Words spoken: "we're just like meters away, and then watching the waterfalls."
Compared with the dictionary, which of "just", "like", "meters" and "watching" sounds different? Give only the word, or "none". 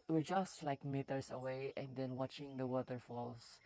meters